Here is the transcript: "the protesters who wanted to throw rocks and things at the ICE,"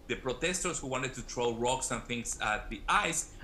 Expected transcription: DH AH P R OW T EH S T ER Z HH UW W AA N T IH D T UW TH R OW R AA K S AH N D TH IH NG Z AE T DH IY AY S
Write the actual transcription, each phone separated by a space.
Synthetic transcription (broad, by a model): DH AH P R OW T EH S T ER S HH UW W AA N T IH D T UW T R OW R AA K S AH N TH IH NG S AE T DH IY AY S